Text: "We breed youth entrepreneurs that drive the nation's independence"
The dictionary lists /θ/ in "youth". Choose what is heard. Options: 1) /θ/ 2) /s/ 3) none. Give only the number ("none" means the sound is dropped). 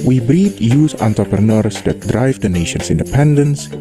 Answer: 2